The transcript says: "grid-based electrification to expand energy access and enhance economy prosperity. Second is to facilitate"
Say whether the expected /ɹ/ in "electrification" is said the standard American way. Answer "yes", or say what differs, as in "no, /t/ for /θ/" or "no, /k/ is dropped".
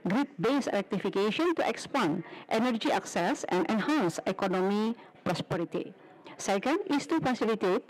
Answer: no, /ɹ/ is dropped